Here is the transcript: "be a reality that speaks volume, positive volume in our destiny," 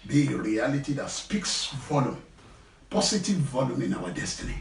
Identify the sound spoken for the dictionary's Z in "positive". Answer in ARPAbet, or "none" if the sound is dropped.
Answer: S